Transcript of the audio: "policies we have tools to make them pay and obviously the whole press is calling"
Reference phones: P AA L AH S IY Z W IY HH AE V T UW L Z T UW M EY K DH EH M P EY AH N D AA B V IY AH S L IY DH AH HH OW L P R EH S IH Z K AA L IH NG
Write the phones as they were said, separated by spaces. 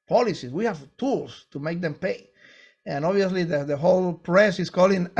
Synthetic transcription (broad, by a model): P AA L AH S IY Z W IY HH AE V T UW L S T UW M EY K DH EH M P EY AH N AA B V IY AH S L IY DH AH HH OW L P R EH S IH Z K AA L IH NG